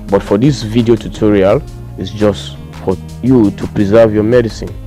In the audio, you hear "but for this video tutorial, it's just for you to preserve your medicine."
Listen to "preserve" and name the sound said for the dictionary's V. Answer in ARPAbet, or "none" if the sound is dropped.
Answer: V